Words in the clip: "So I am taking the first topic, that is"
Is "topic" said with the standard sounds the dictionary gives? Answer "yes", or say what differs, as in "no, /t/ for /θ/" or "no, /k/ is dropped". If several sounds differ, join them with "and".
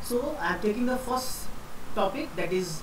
yes